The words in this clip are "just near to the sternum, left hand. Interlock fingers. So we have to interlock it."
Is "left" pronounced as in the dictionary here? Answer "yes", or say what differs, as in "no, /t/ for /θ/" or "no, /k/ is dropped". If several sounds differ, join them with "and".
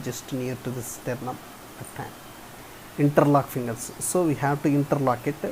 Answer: no, /f/ is dropped